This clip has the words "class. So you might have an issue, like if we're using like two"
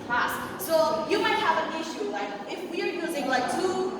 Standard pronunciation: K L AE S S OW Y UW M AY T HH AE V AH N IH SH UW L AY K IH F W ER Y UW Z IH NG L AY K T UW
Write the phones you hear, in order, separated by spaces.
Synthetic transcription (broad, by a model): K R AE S S OW Y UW M AY T HH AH V AH N IH SH UW L AY K IH F W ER Y UW Z IH NG L AY K T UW